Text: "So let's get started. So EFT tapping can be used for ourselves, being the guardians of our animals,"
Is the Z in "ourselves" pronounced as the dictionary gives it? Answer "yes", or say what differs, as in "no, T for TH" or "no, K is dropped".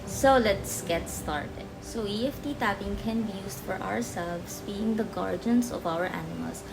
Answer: no, S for Z